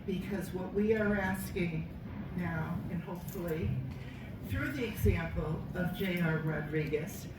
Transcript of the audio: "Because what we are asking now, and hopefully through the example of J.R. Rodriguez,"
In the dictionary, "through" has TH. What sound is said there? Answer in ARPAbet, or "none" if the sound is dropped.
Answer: TH